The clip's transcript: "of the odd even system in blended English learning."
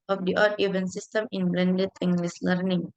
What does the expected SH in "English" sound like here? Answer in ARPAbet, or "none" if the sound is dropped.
S